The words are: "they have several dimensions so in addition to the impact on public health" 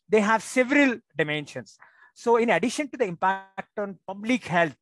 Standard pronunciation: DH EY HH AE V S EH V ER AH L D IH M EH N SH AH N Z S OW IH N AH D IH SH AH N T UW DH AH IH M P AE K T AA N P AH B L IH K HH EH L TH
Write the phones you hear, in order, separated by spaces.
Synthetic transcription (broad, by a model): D EY HH AE V S EH V ER AH L D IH M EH N SH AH N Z S OW IH N AH D IH SH AH N T UW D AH IH M P AE K T AA N P AH B L IH K HH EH L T